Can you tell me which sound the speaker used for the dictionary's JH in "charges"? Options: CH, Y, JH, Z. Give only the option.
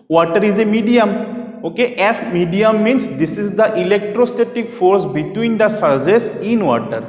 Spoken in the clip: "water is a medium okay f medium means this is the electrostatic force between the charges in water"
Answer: Z